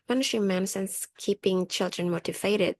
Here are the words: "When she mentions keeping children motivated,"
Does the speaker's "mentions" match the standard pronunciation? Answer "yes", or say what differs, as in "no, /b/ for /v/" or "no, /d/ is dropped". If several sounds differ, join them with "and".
no, /s/ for /ʃ/ and /s/ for /z/